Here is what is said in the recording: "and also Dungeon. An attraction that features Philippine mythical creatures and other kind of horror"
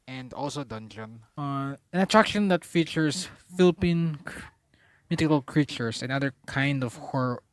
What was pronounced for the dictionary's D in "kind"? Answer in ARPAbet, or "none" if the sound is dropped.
D